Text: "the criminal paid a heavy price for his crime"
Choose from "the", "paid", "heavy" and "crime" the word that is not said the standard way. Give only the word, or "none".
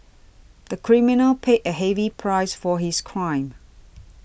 paid